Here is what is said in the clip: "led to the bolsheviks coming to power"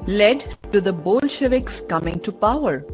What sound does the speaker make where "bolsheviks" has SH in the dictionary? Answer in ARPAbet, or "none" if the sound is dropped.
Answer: SH